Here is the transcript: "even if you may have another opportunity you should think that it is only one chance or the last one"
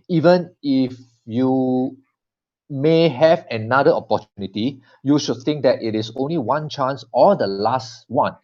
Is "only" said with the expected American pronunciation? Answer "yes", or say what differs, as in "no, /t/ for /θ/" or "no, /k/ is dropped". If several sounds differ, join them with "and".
yes